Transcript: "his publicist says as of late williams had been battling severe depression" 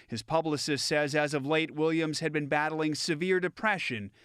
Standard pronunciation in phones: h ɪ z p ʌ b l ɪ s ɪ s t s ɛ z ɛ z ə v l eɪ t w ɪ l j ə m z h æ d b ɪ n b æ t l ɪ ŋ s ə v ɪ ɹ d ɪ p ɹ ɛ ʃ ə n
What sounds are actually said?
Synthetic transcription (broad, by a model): h ɪ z p ʌ b l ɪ s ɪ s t s ɛ z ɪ z ə v l eɪ t w ɪ l j ə m z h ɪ d b ɪ n b æ t l ɪ ŋ s ə v ɪ ɹ d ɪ p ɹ ɛ ʃ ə n